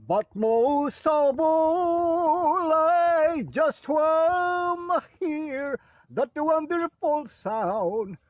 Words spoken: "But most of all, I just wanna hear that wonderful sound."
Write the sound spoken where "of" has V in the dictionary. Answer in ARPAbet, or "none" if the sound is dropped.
B